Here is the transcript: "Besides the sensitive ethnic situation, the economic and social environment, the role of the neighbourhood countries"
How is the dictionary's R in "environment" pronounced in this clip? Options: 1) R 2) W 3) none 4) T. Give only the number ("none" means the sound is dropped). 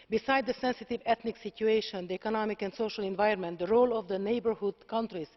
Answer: 3